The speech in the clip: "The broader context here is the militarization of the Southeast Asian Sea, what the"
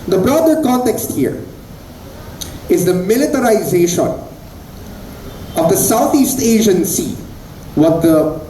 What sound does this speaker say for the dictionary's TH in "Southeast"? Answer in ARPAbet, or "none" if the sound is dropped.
T